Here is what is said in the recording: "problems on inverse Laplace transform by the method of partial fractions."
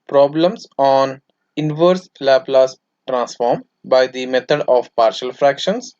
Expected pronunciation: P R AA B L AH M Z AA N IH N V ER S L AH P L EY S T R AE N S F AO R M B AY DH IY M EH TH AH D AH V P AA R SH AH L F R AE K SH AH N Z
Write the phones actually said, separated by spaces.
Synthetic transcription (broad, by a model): P R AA B L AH M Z AA N IH N V ER S L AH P L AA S T R AE N S F AO R M B AY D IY M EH T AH D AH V P AA R SH AH L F R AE K SH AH N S